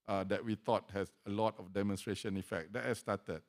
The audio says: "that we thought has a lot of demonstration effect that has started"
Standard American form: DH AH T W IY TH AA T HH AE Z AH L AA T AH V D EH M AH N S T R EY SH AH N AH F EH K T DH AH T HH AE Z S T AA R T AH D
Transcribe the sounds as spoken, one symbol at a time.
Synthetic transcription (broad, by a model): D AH T W IY T AA T HH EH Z AH L AA T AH F D EH M AH N S T R EY SH AH N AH F EH K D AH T HH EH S T AA T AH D